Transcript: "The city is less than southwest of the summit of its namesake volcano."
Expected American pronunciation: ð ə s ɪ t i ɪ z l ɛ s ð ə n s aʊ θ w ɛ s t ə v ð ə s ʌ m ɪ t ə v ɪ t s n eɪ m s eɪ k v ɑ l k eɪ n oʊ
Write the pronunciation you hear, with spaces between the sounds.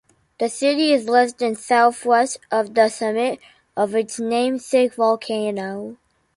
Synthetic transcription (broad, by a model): ð ə s ɪ t i ɪ z l ɛ s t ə n s aʊ θ w ɛ s t ə v ð ə s ʌ m ɪ t ə v ɪ t s n eɪ m s eɪ k v ɑ l k eɪ n oʊ